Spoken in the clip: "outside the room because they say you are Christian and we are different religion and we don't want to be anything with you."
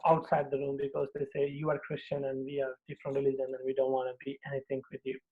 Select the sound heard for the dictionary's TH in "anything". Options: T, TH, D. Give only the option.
T